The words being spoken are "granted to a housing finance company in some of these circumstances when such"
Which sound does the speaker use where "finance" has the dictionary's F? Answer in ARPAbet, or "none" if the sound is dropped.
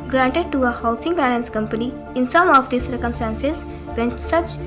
P